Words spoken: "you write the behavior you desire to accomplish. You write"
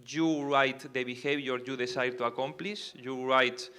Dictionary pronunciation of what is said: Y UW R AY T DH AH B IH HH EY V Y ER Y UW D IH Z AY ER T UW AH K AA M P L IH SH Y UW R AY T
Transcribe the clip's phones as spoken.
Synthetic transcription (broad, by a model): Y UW R AY T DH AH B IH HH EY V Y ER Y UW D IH S AY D T UW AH K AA M P L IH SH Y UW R AY T